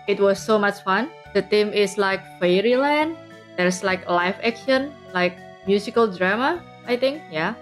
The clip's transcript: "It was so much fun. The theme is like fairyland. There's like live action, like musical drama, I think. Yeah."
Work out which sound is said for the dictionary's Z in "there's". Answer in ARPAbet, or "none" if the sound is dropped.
S